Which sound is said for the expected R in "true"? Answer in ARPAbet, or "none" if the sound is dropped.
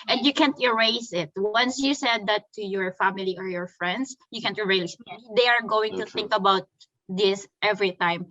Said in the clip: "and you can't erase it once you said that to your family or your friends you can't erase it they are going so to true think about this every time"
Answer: none